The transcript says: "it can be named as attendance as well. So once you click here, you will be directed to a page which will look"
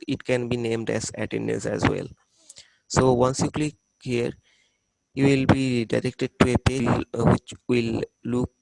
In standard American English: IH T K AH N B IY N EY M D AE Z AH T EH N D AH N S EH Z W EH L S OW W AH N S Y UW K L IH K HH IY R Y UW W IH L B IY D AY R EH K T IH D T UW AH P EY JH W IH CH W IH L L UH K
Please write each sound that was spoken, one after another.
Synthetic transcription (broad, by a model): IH T K AH N B IY N EY M D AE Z AH T EH N D AH N S EH Z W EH L S OW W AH N S Y UW K L IH K HH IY R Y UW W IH L B IY D AY R EH K T IH D T UW AH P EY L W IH CH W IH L L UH K